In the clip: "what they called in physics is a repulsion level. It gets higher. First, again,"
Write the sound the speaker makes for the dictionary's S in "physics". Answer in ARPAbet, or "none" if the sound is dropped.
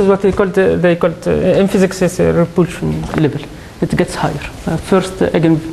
S